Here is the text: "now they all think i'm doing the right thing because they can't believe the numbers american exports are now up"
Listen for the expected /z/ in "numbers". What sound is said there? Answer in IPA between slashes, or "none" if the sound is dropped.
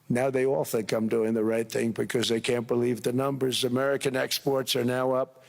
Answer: /z/